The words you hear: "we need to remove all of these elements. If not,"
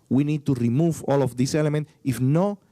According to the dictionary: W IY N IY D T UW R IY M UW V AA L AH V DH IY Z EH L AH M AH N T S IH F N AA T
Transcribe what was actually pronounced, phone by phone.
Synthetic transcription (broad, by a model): W IY N IY D T UW R IY M UW V AA L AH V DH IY S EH L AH M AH N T IH F N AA